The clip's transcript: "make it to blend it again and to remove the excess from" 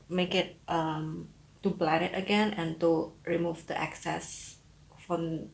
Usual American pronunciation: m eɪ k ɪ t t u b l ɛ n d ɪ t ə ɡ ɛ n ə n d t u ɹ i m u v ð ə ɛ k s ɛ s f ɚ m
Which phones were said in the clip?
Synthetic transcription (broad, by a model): m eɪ k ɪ t t u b l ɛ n ɪ t ə ɡ ɛ n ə n t u ɹ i m u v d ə ɛ k s ɛ s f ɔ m